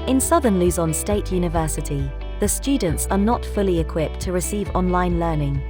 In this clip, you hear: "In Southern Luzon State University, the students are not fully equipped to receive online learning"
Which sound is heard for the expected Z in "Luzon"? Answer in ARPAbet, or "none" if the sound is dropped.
Z